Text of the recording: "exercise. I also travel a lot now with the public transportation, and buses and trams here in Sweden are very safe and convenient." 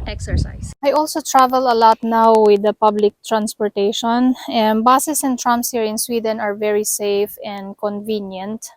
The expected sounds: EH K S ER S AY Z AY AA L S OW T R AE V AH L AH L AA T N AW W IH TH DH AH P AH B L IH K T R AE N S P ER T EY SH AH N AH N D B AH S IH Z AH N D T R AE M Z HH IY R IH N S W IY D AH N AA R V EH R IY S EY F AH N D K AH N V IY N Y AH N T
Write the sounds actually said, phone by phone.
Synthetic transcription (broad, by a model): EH K S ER S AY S AY AA L S OW T R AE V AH L AH L AA T N AW W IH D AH P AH B L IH K T R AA N S P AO T EY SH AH N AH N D B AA S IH S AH N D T R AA M S HH IY R IH N S W IY D AH N AA R V EH R IY S EY F AH N D K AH N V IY N Y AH N T